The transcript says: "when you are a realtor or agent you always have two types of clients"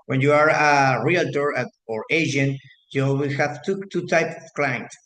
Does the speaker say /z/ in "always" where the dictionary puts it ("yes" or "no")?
no